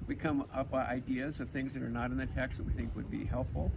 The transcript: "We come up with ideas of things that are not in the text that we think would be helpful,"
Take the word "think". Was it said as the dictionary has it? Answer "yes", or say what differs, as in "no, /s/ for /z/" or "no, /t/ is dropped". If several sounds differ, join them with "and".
yes